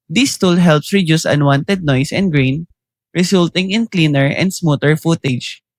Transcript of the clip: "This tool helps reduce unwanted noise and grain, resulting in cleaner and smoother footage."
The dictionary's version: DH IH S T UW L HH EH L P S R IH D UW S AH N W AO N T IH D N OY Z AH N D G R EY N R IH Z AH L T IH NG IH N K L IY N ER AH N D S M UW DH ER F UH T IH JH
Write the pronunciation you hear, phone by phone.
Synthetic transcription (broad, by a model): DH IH S T UW L HH EH L P S R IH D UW S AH N W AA N T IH D N OY S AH N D G R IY N R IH S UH L T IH NG IH N K L IY N ER AH N D S M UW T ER F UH T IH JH